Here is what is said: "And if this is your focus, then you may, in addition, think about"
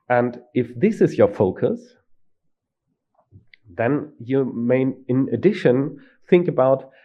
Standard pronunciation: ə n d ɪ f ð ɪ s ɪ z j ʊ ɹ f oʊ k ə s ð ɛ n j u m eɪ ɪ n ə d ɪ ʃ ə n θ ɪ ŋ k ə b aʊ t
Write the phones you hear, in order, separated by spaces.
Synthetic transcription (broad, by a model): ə n d ɪ f ð ɪ s ɪ z j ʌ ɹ f oʊ k ə s ð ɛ n j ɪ m eɪ ɪ n ə d ɪ ʃ ə n θ ɪ ŋ k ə b aʊ t